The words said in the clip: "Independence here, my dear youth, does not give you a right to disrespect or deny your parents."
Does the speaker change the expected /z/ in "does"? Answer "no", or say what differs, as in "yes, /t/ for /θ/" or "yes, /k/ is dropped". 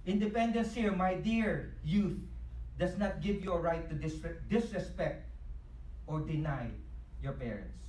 yes, /s/ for /z/